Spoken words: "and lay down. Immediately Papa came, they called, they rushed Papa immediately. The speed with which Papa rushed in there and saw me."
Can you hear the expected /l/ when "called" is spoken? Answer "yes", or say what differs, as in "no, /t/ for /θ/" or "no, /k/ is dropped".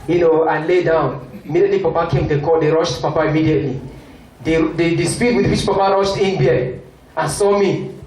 no, /l/ is dropped